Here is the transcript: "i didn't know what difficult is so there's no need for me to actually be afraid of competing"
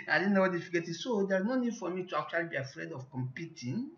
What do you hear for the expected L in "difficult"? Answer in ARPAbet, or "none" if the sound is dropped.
none